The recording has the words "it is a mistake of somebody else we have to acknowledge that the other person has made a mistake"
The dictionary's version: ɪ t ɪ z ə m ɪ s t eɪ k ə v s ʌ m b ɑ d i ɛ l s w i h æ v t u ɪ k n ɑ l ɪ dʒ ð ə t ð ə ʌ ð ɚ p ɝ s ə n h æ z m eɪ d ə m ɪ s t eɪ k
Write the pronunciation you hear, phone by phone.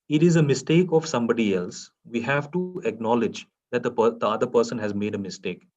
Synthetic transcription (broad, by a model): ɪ t ɪ z ə m ɪ s t eɪ k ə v s ʌ m b ɑ d i ɛ l s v i h æ v t u ɪ k n ɑ l ɪ dʒ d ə t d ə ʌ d ɚ p ɝ s ə n h æ z m eɪ d ə m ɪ s t eɪ k